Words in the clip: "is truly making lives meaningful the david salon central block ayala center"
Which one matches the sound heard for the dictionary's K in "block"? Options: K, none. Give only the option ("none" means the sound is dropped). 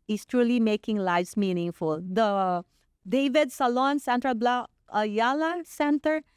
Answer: none